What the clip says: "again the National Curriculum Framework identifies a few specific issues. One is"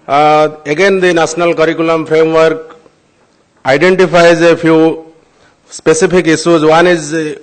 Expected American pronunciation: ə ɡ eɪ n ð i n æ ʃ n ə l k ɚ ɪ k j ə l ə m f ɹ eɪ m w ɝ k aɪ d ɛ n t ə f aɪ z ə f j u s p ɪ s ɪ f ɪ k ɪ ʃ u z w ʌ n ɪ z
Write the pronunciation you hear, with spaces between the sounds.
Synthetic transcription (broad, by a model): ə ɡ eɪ n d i n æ s n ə l k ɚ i k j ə l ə m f ɹ eɪ m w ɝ k aɪ d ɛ n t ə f aɪ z ə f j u s p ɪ s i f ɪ k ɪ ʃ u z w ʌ n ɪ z